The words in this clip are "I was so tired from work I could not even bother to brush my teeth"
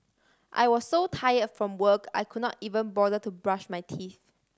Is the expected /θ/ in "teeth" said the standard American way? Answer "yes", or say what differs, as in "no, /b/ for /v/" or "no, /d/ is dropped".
yes